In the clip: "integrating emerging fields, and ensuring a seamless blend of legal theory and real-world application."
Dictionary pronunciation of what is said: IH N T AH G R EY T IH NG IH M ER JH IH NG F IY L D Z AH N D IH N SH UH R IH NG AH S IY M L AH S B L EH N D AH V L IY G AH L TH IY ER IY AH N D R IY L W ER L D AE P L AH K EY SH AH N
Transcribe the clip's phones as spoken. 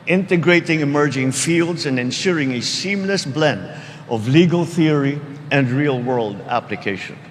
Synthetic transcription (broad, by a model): IH N T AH G R EY T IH NG IH M ER JH IH NG F IY L D Z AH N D IH N SH UH R IH NG AH S IY M L AH S B L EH N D AH V L IY G AH L TH IY ER IY AH N D R IY L W ER L D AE P L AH K EY SH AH N